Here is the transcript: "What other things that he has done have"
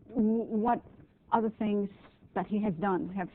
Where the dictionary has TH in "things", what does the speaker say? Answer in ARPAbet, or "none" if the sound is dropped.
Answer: TH